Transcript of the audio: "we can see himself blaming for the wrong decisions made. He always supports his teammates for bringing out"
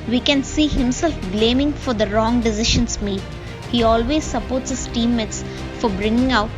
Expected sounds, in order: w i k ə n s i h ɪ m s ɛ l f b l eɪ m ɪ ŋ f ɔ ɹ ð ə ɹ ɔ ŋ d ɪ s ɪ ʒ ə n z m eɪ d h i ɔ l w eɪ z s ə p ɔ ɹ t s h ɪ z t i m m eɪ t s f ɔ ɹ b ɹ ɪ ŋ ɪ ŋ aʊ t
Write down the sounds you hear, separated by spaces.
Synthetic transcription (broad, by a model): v i k ə n s i h ɪ m s ɛ l f b l eɪ m ɪ ŋ f ɔ ɹ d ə ɹ ɔ ŋ d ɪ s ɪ ʃ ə n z m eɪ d h i ɔ l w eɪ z s ə p ɔ ɹ t s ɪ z t i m m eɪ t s f ɔ ɹ b ɹ ɪ ŋ ɪ ŋ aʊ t